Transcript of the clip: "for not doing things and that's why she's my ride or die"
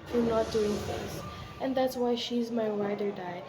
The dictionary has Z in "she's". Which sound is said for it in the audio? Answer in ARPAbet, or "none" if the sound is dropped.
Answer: Z